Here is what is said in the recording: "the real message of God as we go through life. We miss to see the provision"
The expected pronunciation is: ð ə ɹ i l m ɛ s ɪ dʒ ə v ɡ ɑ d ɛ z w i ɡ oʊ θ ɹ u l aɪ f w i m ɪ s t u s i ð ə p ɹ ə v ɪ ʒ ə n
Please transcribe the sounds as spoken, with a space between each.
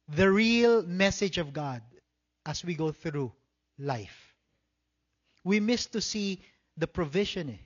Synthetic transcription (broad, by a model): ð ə ɹ i l m ɛ s ɪ dʒ ə v ɡ ɑ d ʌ s w i ɡ oʊ θ ɹ u l aɪ f w i m ɪ s t u s i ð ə p ɹ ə v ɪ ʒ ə n